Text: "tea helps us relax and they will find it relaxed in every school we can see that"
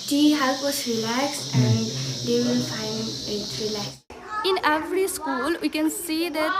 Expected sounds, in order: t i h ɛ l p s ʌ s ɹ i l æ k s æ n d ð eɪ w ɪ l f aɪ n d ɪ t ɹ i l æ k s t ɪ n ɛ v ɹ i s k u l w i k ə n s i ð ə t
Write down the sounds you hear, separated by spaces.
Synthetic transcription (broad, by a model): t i h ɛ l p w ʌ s ɹ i l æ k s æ n d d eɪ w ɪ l f aɪ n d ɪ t ɹ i l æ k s ɪ n ɛ v ɹ i s k u l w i k ə n s i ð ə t